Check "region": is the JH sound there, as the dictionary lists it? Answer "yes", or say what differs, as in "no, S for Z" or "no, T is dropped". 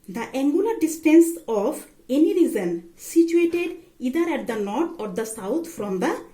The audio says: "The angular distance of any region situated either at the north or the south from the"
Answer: no, Z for JH